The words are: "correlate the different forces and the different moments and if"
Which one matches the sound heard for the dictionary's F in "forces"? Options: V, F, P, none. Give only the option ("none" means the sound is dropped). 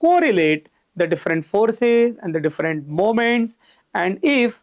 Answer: F